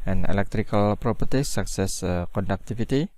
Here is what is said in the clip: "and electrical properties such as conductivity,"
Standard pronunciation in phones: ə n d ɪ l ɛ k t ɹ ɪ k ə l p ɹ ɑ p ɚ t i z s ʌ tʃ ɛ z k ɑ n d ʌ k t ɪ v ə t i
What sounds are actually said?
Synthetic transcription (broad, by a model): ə n ɪ l ɛ k t ɹ ɪ k ə l p ɹ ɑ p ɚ t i s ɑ s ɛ s k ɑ n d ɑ k t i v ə t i